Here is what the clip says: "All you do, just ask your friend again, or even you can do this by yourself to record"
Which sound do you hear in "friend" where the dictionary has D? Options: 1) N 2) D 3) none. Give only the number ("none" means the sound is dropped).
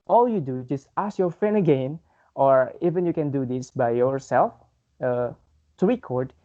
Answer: 3